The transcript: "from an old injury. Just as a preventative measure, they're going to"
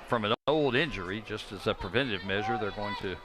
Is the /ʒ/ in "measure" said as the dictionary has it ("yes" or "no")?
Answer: yes